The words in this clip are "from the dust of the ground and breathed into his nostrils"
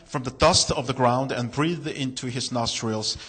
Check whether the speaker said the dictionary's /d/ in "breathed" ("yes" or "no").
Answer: no